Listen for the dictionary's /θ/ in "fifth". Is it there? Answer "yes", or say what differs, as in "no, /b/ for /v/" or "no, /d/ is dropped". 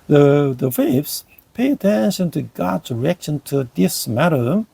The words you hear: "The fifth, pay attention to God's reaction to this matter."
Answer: no, /s/ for /θ/